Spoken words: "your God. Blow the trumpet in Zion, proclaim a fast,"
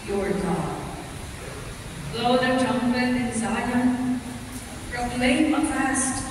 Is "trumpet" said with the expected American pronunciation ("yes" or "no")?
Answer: no